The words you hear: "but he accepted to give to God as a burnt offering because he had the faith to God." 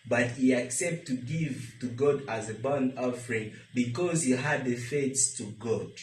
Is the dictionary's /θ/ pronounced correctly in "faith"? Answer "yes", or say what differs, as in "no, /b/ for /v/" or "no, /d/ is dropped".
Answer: no, /s/ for /θ/